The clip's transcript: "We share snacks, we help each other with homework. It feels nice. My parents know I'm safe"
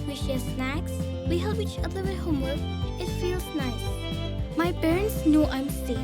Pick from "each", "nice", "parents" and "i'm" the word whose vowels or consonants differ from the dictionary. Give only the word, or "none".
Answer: parents